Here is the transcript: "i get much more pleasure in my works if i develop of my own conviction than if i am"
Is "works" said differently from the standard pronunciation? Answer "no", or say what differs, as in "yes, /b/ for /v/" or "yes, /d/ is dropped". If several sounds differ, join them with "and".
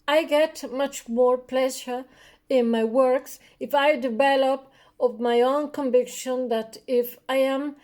no